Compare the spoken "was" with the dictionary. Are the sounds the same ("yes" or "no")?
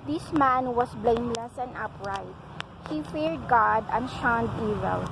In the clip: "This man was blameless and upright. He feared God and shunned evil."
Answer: no